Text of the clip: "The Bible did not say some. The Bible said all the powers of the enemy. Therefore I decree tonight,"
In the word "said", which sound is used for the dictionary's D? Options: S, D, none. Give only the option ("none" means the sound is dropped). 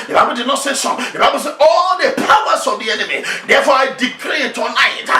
none